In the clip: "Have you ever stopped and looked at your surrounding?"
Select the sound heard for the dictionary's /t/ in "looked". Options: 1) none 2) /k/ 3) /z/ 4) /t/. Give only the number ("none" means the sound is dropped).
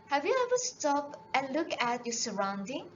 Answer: 1